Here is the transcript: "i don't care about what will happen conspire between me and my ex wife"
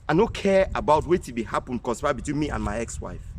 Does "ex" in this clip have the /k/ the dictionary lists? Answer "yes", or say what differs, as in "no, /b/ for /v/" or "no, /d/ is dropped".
yes